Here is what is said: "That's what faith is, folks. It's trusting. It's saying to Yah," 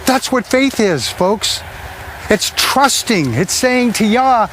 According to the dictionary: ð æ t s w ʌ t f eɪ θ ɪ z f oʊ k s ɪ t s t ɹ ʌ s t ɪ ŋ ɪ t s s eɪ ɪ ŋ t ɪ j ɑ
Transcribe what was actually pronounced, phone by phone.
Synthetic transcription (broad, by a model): ð æ t s w ʌ t f eɪ θ ɪ z f oʊ k s ɪ t s t ɹ ʌ s t ɪ ŋ ɪ t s s eɪ ɪ ŋ t ɪ j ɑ